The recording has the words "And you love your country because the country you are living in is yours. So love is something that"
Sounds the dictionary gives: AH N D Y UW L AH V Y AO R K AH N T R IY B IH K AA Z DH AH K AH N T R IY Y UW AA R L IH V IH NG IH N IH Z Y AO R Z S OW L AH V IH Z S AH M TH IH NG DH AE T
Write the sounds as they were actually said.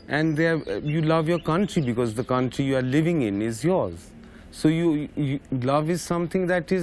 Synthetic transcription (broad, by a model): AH N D Y UW L AH V Y AO R K AH N T R IY B IH K AA Z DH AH K AH N T R IY Y UW AA R L IH V IH NG IH N IH Z Y AO R Z S OW L AH V IH Z S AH M T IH NG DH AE T